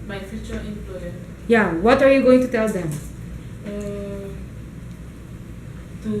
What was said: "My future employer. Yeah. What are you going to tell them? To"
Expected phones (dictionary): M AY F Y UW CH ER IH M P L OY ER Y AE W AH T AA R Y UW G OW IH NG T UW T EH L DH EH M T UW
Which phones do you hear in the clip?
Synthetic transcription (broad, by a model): M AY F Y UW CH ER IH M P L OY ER Y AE W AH T AA R Y UW G OW IH NG T UW T EH L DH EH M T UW